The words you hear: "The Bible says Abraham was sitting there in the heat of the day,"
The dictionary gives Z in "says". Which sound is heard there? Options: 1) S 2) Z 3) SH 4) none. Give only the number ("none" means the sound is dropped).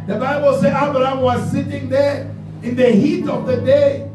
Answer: 4